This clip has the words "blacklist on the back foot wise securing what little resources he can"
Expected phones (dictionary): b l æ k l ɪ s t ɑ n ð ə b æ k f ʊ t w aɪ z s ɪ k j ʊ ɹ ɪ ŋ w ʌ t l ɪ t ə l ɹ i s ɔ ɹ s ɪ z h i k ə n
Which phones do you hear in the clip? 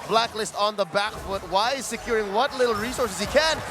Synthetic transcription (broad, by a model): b l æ k l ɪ s t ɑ n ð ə b æ k f ʊ t w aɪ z s ɪ k j ʊ ɹ ɪ ŋ w ʌ t l ɪ t l ɹ i s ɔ ɹ s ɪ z h i k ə n